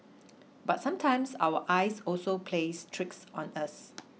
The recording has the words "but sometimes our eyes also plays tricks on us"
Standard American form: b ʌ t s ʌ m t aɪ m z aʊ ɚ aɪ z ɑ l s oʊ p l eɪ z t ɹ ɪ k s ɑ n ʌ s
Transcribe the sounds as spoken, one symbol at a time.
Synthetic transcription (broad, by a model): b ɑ t s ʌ m t aɪ m s aʊ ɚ aɪ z ɑ l s oʊ p l eɪ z t ɹ ɪ k s ɑ n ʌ s